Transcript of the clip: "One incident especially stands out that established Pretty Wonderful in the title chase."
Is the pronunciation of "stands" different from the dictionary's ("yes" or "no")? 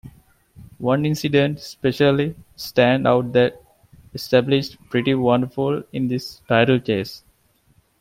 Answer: yes